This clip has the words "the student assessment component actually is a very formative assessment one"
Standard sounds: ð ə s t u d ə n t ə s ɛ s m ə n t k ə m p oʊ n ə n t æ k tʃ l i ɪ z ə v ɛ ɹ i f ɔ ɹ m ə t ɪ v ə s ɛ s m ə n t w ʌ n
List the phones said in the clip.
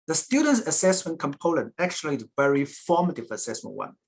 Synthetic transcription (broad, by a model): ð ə s t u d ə n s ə s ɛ s m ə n k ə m p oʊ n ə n æ k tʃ i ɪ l ə v ɛ ɹ i f ɔ m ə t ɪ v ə s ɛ s m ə n w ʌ n